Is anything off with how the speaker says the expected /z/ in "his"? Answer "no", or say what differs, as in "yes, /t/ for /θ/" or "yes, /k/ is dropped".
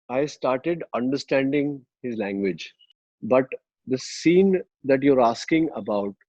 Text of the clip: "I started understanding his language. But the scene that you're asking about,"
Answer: no